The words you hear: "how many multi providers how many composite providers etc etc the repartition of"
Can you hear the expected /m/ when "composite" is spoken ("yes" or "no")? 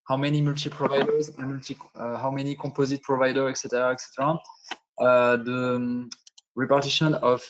no